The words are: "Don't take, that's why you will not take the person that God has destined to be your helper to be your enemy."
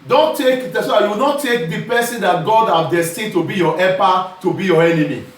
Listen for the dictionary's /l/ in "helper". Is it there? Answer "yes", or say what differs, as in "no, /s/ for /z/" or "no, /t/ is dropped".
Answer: no, /l/ is dropped